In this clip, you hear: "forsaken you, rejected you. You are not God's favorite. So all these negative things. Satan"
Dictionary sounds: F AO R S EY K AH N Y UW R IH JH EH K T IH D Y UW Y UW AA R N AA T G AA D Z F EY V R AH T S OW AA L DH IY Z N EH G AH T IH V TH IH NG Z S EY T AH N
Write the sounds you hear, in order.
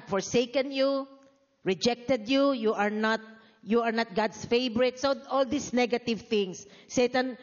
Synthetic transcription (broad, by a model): F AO R S EY K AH N Y UW R IH JH EH K T IH D Y UW Y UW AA R N AA T G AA D S F EY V R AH T S OW AA L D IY S N EH G AH T IH V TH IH NG S EY T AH N